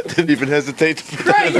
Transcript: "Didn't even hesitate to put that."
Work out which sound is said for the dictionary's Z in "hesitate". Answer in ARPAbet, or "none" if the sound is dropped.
Z